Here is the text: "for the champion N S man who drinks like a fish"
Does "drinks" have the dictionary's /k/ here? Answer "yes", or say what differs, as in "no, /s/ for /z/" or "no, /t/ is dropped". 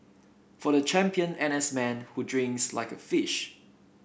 yes